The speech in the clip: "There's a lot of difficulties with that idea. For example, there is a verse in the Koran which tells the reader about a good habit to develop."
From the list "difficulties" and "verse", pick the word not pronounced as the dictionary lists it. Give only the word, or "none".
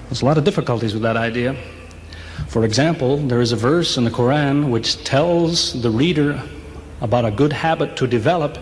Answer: none